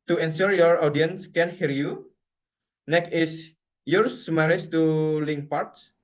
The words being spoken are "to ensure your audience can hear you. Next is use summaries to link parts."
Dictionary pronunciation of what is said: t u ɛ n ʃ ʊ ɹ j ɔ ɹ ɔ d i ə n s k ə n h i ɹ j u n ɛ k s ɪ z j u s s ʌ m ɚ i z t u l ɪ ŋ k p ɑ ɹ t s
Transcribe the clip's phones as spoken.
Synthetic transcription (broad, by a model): t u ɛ n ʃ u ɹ j ɔ ɹ ɔ d i ə n s k ə n h i ɹ j u n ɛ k ɪ s j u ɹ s m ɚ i s t u l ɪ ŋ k p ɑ ɹ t s